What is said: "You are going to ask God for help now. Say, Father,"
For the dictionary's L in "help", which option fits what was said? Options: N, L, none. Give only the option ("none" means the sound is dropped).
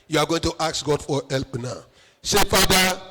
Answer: L